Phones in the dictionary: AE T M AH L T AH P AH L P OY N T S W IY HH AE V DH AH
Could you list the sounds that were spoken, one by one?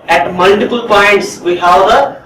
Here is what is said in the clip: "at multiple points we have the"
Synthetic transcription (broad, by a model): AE T M AH L T AH P AH L P OY N T S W IY HH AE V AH